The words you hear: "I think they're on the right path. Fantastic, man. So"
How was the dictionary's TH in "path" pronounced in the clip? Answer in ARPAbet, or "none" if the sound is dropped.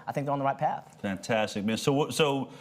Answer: TH